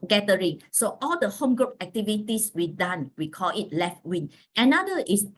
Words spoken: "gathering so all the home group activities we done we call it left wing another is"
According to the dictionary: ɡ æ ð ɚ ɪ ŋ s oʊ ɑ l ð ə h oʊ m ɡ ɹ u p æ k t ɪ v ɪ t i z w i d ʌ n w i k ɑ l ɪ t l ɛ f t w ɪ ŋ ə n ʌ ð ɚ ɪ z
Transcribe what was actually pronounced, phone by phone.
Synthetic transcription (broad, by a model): ɡ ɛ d ɚ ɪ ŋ s oʊ ɑ l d ə h oʊ m ɡ ɹ u p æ k t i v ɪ t i s w i d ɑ n w i k ɑ l ɪ t l ɛ f t w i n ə n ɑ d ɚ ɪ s